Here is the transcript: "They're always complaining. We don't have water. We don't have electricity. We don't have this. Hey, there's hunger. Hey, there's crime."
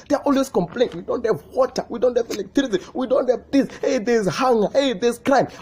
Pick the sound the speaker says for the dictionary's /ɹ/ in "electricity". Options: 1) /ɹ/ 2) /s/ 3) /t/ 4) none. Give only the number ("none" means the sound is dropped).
4